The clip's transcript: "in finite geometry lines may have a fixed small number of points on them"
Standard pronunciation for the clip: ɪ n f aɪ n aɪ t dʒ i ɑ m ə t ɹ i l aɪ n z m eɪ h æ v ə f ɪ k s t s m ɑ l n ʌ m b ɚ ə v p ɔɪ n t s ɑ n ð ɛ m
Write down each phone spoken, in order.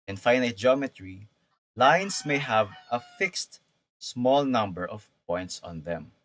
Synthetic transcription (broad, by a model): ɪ n f aɪ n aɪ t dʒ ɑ m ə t ɹ i l aɪ n s m eɪ h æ v ə f ɪ k s t s m ɑ l n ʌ m b ɚ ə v p ɔɪ n t s ɑ n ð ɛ m